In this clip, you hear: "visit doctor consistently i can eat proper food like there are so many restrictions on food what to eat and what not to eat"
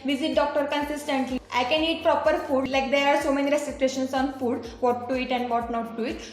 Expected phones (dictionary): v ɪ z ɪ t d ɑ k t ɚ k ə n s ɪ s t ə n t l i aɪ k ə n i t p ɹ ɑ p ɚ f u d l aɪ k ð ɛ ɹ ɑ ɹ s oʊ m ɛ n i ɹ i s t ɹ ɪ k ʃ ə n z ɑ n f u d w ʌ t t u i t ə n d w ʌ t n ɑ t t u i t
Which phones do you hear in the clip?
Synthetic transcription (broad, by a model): v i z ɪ t d ɑ k t ɚ k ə n s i s t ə n t l i aɪ k ə n i t p ɹ ɑ p ɚ f u d l aɪ k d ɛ ɹ ɑ ɹ s oʊ m ɛ n i ɹ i s s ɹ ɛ ʃ ə n s ɑ n f u d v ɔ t t u i t ə n d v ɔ t n ɑ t t u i t